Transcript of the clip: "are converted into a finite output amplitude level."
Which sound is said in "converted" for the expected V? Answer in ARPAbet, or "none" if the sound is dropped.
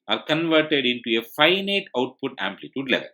V